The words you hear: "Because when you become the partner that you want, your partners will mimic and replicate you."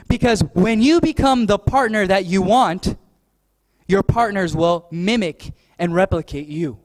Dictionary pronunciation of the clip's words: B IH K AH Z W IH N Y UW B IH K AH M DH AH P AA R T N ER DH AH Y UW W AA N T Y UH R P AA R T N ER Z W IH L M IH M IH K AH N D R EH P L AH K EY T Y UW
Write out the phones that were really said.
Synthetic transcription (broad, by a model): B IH K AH Z W IH N Y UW B IH K AH M DH AH P AA R T N ER DH AH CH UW W AA N T Y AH R P AA R T N ER Z W IH L M IH M IH K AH N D R EH P L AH K EY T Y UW